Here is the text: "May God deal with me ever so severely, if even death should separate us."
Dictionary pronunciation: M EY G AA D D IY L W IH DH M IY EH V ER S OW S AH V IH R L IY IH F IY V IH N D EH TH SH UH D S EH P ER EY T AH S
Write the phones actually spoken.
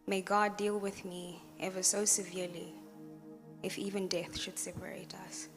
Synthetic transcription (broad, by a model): M EY G AA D D IY L W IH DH M IY EH V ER S OW S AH V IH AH L IY IH F IY V IH N D EH TH SH UH D S EH P ER EY T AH S